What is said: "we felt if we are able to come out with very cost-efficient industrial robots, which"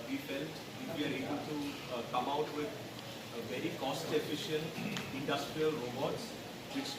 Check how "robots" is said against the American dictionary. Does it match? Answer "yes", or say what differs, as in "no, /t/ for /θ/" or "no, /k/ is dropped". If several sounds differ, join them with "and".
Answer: yes